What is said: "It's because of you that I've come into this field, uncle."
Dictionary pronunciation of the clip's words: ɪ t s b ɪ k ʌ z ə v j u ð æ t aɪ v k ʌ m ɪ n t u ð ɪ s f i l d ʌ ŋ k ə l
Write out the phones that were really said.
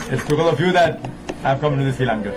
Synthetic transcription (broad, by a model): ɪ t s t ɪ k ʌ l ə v j u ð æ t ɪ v k ʌ m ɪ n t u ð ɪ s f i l ɑ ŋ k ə